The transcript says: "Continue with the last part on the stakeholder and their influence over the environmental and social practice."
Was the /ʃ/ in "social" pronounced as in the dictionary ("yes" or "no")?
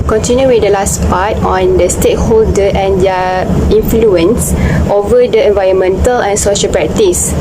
yes